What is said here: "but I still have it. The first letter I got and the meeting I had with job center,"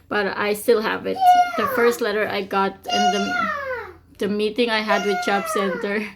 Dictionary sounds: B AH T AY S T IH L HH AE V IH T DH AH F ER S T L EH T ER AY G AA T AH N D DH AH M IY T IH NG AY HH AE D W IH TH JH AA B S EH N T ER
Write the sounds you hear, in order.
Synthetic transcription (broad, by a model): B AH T AY S T IH L HH AE V IH T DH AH F ER S T L EH T ER AY G AA T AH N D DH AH M IY T IH NG AY HH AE D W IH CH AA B S EH N T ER